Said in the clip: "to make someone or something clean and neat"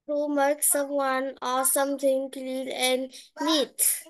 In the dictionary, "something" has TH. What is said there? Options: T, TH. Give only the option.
T